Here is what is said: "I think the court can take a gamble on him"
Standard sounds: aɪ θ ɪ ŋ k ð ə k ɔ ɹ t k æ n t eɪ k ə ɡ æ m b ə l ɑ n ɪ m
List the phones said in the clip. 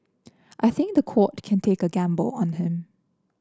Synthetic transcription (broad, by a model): aɪ θ ɪ ŋ k ð ə k ɔ t k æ n t eɪ k ə ɡ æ m b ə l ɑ n ɪ m